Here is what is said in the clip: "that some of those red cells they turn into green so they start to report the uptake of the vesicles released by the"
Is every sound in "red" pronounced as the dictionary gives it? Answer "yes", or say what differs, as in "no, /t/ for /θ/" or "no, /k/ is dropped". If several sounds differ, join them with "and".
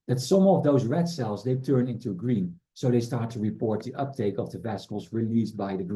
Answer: yes